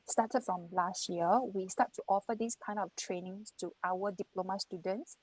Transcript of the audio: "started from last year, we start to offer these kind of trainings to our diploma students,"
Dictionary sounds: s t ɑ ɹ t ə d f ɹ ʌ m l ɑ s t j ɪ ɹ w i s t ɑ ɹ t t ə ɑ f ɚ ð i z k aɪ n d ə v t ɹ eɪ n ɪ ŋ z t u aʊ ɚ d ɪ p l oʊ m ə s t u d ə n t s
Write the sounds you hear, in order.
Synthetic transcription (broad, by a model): s t ɑ t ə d f ɹ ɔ m l ɑ s t j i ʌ w i s t ɑ t t ɑ f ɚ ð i s k aɪ n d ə f t ɹ eɪ n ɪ ŋ s t u aʊ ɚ d ɪ p l oʊ m ə s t u d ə n t s